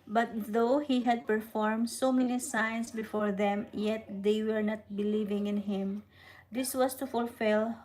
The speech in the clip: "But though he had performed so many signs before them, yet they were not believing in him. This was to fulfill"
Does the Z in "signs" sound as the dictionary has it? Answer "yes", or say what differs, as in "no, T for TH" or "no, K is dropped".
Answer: no, S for Z